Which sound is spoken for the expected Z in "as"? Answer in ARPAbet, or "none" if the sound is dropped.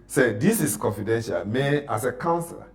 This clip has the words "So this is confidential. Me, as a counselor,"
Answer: S